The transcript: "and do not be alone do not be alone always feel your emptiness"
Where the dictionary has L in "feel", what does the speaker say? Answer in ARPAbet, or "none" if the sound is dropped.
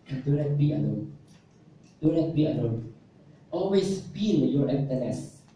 N